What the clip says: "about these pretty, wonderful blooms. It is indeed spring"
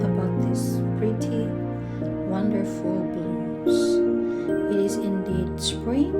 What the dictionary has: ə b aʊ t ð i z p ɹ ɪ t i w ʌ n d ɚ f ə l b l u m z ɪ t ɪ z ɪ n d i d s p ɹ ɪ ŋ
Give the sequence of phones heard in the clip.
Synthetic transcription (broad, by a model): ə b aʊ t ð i s p ɹ ɪ t i w ʌ n d ɚ f ə l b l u z ɪ t ɪ z ɪ n d i d s p ɹ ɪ